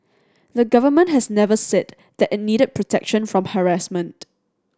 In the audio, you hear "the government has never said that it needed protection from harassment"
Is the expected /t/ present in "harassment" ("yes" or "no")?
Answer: yes